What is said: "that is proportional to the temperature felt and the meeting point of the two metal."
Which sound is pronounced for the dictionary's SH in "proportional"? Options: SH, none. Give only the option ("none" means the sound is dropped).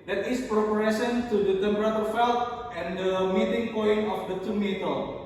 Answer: none